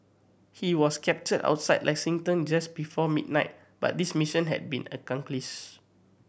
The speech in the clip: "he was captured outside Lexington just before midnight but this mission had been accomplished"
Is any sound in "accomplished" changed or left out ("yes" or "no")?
yes